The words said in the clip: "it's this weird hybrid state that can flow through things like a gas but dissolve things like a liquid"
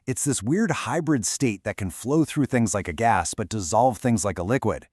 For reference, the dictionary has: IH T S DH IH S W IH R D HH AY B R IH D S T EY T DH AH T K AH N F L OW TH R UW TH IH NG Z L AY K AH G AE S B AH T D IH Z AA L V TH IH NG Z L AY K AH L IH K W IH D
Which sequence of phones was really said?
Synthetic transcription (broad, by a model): IH T S DH IH S W IH R D HH AY B R IH D S T EY T DH AH T K AH N F L OW TH R UW TH IH NG Z L AY K AH G AE S B AH T D IH Z AA L V TH IH NG Z L AY K AH L IH K W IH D